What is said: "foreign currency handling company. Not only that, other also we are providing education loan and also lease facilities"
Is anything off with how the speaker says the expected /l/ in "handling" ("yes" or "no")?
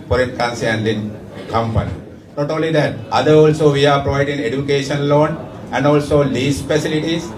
yes